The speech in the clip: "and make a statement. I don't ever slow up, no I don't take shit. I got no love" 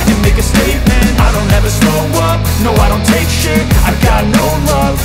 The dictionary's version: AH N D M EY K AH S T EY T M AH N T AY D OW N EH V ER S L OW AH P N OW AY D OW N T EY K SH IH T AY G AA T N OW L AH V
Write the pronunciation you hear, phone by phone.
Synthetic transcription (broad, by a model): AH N M EY K AH S T EY T M AH N T AY D OW N EH V ER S OW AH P N OW AY D OW N T EY K SH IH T AY G AA T N OW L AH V